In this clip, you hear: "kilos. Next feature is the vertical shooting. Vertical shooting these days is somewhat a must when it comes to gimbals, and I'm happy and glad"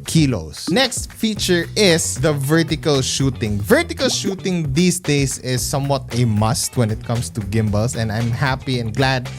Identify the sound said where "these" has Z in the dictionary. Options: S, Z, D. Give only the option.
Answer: S